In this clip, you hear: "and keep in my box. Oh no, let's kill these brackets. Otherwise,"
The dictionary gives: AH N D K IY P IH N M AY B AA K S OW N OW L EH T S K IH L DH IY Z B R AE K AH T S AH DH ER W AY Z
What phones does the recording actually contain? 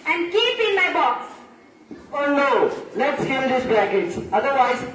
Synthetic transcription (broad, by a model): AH N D K IY P IH N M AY B AA K S OW N OW L EH T S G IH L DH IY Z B AE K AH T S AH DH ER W AY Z